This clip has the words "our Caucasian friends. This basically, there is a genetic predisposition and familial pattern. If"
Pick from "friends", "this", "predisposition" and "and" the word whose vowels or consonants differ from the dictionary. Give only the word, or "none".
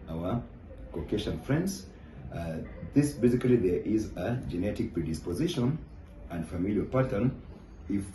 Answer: none